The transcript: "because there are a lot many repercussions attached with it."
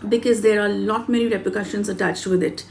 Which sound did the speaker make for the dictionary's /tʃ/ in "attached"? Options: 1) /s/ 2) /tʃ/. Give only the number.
2